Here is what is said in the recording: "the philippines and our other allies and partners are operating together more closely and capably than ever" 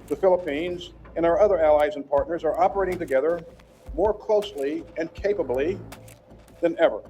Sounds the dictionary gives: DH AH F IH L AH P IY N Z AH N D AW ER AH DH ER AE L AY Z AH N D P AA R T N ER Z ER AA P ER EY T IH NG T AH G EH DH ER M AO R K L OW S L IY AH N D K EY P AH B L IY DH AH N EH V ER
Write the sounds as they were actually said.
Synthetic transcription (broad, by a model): DH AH F IH L AH P IY N Z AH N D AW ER AH DH ER AE L AY Z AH N P AA R T N ER Z ER AA P ER EY T IH NG T AH G EH DH ER M AO R K L OW S L IY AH N K EY P AH B L IY DH AH N EH V ER